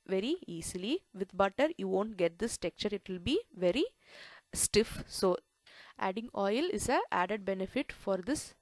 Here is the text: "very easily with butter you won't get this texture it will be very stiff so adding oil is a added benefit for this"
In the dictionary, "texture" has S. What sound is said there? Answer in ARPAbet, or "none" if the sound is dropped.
none